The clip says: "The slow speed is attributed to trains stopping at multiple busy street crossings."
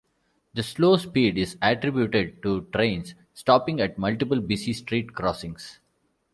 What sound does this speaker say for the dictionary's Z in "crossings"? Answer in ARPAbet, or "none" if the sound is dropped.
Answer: S